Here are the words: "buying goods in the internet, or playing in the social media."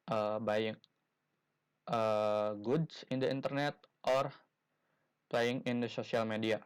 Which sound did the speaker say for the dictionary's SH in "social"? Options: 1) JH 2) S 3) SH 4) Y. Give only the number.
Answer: 2